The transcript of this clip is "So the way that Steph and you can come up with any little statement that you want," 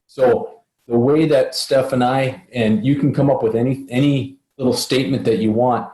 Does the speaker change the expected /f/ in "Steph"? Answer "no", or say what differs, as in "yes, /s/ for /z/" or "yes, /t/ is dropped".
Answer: no